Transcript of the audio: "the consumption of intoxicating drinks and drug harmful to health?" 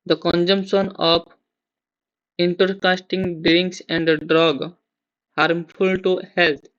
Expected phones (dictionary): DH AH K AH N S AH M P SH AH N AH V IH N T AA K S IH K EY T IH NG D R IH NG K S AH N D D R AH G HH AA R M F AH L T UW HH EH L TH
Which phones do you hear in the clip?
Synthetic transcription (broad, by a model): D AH K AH N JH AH M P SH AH N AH P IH N T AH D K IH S T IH NG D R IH NG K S AH N D D R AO G HH AA R M F AH L T UW HH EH L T